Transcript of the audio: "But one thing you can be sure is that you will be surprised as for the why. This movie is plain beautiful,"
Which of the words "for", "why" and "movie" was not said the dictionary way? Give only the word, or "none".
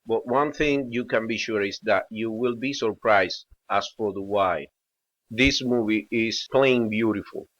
none